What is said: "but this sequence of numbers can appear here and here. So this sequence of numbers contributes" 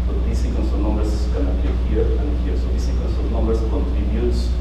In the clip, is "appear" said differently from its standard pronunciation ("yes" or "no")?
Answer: yes